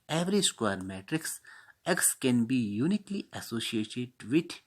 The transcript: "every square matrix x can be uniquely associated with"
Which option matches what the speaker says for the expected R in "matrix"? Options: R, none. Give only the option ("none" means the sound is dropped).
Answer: R